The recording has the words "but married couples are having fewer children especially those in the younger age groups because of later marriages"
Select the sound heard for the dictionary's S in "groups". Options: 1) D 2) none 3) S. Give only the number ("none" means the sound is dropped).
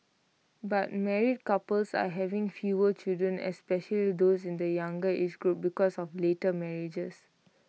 2